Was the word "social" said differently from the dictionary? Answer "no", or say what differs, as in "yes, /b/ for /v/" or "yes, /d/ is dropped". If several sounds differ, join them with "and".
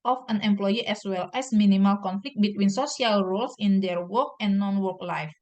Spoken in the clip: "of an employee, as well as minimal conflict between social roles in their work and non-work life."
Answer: yes, /s/ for /ʃ/